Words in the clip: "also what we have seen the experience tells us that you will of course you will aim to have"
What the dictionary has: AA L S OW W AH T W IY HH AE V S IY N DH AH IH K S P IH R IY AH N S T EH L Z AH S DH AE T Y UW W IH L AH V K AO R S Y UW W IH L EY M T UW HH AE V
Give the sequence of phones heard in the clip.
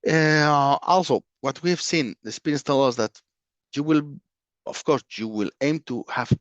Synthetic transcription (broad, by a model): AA L S OW W AH T W IY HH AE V S IY N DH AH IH S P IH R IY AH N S T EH L AH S DH AE T Y UW W IH L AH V K AO R S Y UW W IH L EY M T UW HH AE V